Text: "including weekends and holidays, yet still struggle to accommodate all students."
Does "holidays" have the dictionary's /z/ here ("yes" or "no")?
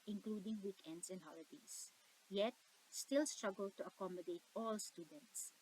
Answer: no